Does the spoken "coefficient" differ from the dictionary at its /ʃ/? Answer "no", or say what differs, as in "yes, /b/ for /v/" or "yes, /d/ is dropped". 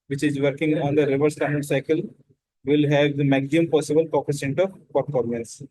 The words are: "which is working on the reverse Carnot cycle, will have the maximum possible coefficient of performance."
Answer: yes, /s/ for /ʃ/